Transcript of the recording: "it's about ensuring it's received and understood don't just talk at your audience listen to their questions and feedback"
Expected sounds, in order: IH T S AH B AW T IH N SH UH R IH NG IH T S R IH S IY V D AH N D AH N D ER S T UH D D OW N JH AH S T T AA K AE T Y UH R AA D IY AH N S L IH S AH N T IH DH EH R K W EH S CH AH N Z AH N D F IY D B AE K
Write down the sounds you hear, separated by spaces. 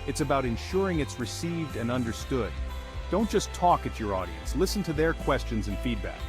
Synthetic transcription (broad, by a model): IH T S AH B AW T IH N SH UH R IH NG IH T S R IH S IY V D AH N AH N D ER S T UH D D OW N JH AH S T T AA K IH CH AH R AA D IY AH N S L IH S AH N T IH DH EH R K W EH S CH AH N Z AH N F IY D B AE K